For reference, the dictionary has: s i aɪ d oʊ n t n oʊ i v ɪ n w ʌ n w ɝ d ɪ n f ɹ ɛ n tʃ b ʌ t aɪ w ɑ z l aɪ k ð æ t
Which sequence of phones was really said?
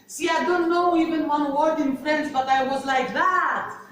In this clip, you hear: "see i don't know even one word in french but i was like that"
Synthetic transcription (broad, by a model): s i aɪ d oʊ n t n oʊ i v ɪ n w ʌ n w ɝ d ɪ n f ɹ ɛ n s b ʌ t aɪ w ɑ z l aɪ k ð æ t